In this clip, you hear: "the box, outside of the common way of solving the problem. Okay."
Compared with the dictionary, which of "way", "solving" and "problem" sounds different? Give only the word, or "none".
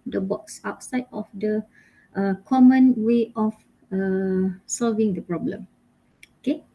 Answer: none